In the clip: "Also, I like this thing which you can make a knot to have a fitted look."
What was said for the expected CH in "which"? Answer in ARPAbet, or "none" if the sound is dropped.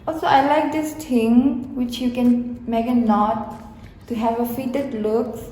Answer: CH